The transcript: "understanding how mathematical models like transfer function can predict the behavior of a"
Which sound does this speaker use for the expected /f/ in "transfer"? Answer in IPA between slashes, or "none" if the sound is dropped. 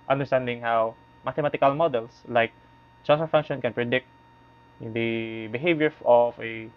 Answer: none